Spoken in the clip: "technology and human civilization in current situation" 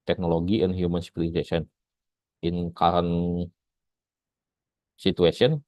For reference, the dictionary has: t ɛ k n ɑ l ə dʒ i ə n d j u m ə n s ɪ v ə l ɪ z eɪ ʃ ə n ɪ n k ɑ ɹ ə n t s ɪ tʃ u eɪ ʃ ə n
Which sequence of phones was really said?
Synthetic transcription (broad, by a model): t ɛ k n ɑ l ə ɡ i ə n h j u m ə n s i p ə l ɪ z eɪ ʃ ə n ɪ n k ɑ ɹ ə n s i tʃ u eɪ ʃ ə n